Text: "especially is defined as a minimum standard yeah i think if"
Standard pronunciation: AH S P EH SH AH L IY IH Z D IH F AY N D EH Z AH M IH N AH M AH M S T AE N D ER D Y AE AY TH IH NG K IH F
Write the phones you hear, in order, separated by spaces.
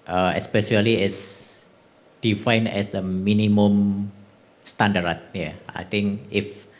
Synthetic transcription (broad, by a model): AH S P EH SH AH L IY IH S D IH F AY N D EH S AH M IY N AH M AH M S T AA N D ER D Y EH AY T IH NG K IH F